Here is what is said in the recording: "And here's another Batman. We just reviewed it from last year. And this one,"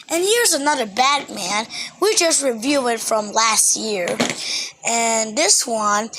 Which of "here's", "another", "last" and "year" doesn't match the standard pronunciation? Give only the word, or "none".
none